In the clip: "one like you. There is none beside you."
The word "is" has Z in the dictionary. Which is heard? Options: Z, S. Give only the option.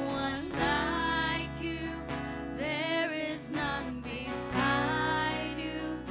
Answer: Z